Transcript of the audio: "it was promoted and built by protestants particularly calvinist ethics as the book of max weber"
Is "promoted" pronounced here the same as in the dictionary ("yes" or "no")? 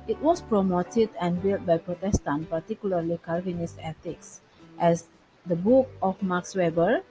yes